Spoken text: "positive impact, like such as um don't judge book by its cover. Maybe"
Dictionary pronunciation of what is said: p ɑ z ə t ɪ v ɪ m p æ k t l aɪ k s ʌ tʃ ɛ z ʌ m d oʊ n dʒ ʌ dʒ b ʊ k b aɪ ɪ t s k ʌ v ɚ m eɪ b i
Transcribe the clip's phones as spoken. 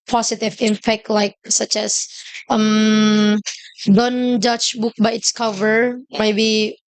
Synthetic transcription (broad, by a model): p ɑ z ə t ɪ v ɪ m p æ k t l aɪ k s ʌ tʃ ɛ s ʌ m d oʊ n dʒ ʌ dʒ b ʊ k b aɪ ɪ t s k ʌ v ɚ m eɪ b i